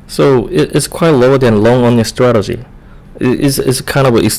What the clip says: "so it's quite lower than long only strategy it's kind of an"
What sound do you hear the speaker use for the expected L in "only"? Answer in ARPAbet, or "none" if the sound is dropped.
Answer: none